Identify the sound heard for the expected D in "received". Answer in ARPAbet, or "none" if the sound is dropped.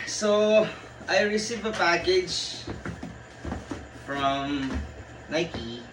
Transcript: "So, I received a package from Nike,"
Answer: none